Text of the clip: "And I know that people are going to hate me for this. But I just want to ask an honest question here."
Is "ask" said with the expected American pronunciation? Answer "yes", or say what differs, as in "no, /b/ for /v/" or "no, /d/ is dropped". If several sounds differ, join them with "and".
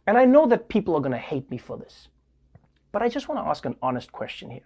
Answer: yes